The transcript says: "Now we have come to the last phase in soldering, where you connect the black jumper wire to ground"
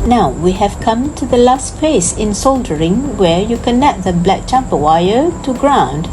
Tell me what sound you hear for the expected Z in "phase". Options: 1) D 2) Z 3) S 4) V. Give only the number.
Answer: 3